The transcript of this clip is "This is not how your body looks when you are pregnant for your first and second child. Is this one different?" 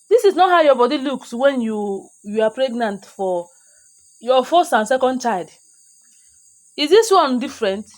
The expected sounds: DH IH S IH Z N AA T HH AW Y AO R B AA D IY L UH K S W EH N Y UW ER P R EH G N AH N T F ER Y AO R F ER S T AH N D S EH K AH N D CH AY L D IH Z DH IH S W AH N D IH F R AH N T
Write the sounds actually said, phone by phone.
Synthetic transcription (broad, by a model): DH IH S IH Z N AA T HH AW Y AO B AA D IY L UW K S W EH N Y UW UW P R EH G N AH N T F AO Y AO F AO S AH N S EH K AH N D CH AY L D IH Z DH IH S W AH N D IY F R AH N T